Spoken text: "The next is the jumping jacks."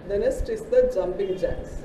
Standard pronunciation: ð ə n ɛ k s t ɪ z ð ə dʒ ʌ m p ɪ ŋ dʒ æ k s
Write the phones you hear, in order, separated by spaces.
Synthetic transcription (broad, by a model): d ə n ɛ s t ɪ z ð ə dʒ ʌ m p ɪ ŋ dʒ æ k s